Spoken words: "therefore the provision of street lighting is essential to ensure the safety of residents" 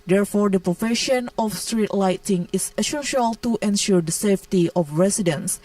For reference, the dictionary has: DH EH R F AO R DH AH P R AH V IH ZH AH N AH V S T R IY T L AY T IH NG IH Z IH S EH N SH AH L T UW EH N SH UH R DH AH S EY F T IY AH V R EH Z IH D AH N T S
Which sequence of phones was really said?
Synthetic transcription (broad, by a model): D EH R F AO R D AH P R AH F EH SH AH N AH F S T R IY T L AY T IH NG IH S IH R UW SH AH L T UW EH N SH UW R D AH S EY F T IY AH F R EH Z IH D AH N S